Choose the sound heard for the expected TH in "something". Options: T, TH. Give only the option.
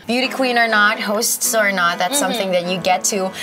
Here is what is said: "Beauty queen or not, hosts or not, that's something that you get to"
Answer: TH